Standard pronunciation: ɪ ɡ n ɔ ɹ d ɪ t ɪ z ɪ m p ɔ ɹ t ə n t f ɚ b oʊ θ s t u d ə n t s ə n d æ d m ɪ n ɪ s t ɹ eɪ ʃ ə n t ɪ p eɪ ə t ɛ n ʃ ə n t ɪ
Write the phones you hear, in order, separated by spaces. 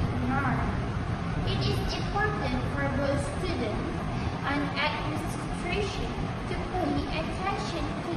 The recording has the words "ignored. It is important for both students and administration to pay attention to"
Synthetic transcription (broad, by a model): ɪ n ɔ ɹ ɪ t ɪ z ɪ m p ɔ ɹ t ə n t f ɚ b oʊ s s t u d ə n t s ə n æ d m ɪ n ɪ s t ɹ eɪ ʃ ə n t ɪ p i ə t ɛ n ʃ ə n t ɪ